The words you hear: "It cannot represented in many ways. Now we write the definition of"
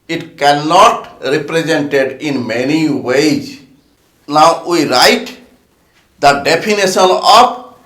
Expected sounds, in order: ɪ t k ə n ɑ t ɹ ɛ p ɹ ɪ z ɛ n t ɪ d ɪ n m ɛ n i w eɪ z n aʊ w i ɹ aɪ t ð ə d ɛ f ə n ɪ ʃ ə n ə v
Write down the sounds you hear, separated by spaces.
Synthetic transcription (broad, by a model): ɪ t k ə n ɑ t ɹ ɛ p ɹ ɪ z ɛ n t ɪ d ɪ n m ɛ n i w eɪ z n aʊ w i ɹ aɪ t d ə d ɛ p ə n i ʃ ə n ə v